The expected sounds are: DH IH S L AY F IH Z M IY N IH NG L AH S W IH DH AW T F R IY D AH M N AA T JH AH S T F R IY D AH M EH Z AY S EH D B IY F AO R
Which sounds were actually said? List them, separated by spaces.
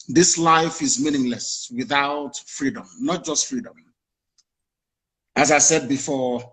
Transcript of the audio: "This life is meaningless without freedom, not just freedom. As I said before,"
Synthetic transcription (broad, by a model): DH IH S L AY F IH Z M IY N IH NG L AH S W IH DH AW T F R IY D AH M N AA T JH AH S T F R IY D AH M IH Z AY S EH D B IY F AO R